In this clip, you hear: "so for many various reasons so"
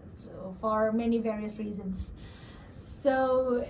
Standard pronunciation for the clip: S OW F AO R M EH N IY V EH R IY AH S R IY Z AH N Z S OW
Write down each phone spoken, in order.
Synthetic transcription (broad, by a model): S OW F AO R M EH N IY V EH R IY AH S R IY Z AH N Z S OW